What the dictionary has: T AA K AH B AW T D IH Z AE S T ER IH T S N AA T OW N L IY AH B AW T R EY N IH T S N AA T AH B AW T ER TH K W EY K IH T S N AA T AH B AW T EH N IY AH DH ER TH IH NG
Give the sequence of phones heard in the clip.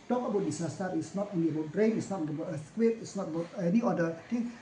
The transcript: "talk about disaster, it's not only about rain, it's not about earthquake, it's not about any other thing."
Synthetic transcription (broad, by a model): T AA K AH B AW T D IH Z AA S T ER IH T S N AA T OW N IY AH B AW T R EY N IH T S N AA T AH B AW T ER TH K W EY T IH T S N AA T AH B AW T EH N IY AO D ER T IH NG